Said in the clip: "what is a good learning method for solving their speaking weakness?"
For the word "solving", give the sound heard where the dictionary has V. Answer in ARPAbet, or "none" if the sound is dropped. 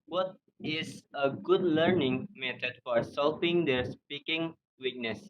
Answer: P